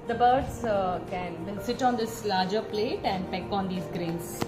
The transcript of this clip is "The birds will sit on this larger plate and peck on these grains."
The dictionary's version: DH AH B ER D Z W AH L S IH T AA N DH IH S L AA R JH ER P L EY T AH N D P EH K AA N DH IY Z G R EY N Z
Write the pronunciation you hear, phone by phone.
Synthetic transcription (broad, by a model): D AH B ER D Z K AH N S IH T AA N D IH S L AA R JH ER P L EY T AH N D P EH K AA N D IY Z G R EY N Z